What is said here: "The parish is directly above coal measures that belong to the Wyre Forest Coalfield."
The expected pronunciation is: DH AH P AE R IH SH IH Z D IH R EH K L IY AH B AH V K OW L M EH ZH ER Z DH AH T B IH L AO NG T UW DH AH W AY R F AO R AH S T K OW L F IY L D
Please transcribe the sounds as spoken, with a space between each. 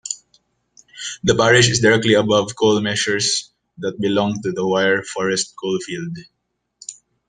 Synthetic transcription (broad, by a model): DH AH P AE R IH SH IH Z D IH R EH K L IY AH B AH V K OW L M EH SH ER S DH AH T B IH L AO NG T UW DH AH W AY R F AO R AH S T K OW L F IY L D